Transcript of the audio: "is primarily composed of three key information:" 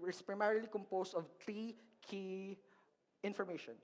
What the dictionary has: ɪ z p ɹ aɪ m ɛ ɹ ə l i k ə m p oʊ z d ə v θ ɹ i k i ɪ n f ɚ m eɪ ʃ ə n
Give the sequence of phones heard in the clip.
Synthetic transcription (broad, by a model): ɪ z p ɹ aɪ m ɛ ɹ ə l i k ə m p oʊ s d ə v t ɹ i k i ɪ n f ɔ m eɪ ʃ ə n